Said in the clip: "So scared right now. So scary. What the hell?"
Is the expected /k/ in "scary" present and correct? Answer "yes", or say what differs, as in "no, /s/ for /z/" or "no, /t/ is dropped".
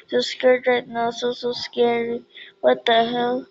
yes